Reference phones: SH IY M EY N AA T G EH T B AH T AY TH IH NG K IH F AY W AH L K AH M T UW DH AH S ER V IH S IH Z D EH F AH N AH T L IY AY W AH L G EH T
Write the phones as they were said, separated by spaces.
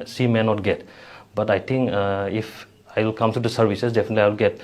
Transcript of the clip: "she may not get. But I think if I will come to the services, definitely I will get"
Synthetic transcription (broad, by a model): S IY M EY N AA T G EH T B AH T AY T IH NG K IH F AY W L K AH M T UW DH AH S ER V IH S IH S D EH F AH N AH T L IY AY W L G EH T